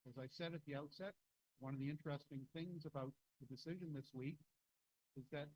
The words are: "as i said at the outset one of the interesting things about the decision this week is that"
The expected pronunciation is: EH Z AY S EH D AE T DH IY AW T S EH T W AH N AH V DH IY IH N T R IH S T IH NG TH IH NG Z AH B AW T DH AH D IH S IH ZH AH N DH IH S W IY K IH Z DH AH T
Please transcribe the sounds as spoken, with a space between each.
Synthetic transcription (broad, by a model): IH Z AY S EH D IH T DH IY AW T S EH T W AH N AH V DH IY IH N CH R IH S T IH NG TH IH NG Z AH B AW T DH AH D IH S IH ZH AH N DH IH S W IY K IH Z DH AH T